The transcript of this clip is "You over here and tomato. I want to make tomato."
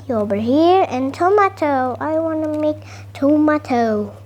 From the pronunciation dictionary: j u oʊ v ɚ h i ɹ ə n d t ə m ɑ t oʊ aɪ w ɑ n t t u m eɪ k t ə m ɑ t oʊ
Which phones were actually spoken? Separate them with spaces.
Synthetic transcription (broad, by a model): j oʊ b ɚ h i ɹ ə n t ə m ɑ t oʊ aɪ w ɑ n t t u m eɪ k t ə m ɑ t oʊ